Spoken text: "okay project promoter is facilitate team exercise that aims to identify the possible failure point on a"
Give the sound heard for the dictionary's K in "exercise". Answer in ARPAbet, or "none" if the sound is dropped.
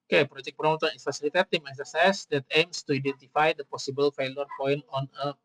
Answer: none